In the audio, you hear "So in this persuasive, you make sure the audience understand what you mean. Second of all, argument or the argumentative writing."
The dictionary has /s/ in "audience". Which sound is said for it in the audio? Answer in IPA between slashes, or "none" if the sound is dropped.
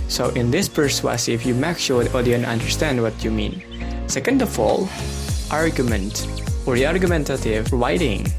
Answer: none